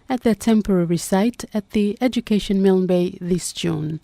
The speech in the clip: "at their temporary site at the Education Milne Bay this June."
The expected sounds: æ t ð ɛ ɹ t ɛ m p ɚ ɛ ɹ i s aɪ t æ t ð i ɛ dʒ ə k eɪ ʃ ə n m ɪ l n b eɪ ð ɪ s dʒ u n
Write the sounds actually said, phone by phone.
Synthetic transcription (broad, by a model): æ t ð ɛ t ɛ m p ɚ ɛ ɹ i s aɪ t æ t ð i ɛ dʒ ə k eɪ ʃ ə n m ɪ l n b eɪ ð ɪ s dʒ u n